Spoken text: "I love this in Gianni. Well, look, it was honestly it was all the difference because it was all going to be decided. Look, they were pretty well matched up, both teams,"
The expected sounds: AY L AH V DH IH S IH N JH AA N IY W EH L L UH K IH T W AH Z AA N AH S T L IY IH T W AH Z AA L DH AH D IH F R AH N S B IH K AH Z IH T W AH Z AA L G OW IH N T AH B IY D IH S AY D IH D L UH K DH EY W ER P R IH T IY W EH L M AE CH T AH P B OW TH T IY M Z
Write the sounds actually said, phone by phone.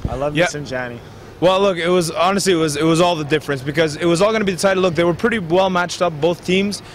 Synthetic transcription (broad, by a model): AY L AH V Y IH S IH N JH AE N IY W EH L L UH K IH T W AH Z AA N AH S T L IY IH T W AH Z AA L DH AH D IH F R AH N S B IH K AH Z IH T W AH Z AA L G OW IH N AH B IY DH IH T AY IH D L UH K DH EY W ER P R IH T IY W EH L M AE CH T AH P B OW TH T IY M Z